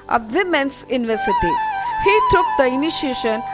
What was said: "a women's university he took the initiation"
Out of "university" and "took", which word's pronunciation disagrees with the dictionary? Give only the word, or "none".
none